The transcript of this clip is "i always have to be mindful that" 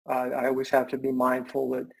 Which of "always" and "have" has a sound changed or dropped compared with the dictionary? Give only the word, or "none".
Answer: have